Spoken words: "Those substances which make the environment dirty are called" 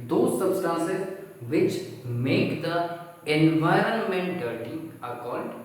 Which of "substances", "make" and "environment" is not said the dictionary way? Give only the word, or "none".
none